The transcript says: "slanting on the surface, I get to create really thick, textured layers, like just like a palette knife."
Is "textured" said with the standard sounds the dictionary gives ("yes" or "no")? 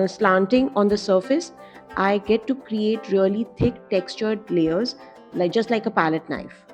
yes